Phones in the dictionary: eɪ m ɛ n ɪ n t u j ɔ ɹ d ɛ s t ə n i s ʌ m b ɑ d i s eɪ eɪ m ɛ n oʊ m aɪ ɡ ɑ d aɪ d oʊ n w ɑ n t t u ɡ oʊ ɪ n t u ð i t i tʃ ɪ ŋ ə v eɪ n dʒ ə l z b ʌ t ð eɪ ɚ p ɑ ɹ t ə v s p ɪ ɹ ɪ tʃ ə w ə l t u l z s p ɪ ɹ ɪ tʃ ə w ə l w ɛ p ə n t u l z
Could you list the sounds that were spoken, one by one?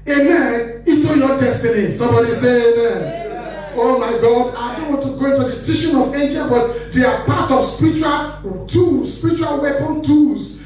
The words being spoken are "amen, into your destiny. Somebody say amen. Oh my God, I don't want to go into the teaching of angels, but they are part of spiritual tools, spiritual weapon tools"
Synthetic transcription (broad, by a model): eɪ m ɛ n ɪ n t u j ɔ d ɛ s t ə n i s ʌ m b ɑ d i s eɪ eɪ m ɛ n oʊ m aɪ ɡ ɑ d aɪ d oʊ n w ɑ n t t u ɡ oʊ ɪ n t u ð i t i ʃ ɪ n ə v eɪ n dʒ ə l b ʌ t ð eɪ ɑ p ɑ t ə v s p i ɹ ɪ tʃ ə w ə l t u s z s p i ɹ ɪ tʃ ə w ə l w ɛ p ə n t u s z